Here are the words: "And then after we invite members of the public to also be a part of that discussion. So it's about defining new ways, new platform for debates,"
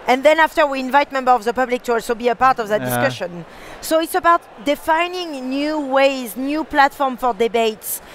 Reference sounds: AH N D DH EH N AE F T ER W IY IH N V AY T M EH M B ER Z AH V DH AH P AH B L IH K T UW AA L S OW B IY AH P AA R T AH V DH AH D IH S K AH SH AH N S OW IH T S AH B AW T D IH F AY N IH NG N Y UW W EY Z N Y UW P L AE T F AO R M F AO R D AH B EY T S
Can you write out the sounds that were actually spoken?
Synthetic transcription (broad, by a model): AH N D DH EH N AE F T ER W IY IH N V AY T M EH M B ER AH V DH AH P AH B L IH K T UW AA L S OW B IY AH P AA R T AH V DH AH D IH S K AH SH AH N S OW IH T S AH B AW T D IH F AY N IH NG N Y UW W EY Z N Y UW P L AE T F AO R M F AO R D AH B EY T S